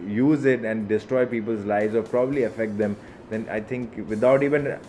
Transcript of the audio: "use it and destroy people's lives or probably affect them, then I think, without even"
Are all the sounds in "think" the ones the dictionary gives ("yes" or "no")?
no